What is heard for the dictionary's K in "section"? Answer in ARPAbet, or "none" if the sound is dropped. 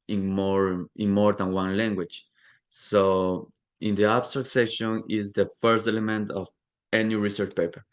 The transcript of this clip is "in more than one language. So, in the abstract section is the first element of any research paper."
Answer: none